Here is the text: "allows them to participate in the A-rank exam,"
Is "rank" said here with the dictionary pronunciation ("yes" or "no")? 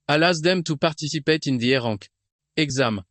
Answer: no